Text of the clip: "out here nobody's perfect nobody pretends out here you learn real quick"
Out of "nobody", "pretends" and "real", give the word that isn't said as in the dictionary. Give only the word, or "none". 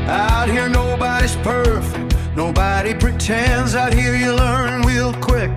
real